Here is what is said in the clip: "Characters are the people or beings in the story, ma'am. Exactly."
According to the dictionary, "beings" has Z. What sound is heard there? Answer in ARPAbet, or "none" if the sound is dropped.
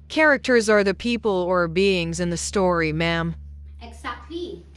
Z